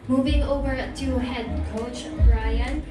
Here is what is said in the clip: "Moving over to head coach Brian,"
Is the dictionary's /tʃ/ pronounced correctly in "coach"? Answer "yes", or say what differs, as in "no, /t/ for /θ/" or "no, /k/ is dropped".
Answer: yes